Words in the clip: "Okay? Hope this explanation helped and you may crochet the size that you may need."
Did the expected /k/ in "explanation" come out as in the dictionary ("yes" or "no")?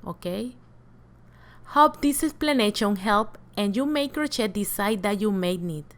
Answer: no